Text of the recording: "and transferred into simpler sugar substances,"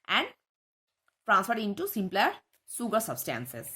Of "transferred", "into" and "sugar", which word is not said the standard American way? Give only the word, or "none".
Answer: sugar